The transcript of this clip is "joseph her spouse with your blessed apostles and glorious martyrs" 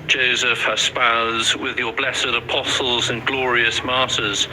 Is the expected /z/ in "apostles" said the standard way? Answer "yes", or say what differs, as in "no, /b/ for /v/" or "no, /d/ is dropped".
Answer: yes